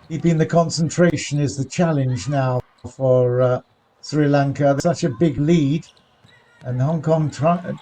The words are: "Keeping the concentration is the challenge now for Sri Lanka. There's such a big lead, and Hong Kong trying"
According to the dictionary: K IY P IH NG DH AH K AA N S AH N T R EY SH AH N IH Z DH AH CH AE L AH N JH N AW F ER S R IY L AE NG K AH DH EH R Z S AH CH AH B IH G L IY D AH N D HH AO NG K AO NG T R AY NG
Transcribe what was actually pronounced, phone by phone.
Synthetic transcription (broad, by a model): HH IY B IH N DH AH K AA N S AH N T R EY SH AH N IH Z DH AH CH AE L AH N JH N AW F ER S R IY L AE NG K AH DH S AH CH AH B IH G L IY D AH N HH AO NG K AO NG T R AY